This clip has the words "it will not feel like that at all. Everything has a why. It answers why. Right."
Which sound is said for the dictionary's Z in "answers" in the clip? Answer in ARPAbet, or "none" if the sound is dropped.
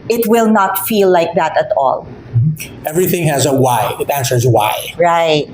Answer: Z